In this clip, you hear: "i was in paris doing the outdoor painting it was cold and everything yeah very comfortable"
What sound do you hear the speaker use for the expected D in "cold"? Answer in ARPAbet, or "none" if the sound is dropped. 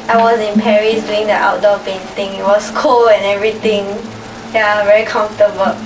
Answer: none